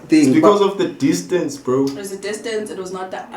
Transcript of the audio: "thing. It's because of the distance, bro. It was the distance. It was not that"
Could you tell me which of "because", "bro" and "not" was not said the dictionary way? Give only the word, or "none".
none